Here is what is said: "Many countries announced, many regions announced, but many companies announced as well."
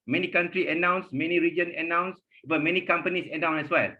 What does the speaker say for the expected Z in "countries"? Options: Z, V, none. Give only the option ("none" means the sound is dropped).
none